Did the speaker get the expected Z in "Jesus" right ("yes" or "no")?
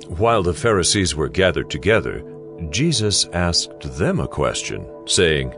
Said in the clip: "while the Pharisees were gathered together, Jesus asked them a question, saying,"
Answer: yes